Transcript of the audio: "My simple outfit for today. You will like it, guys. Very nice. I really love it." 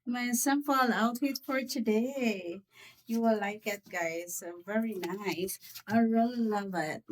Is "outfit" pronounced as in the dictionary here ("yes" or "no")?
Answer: no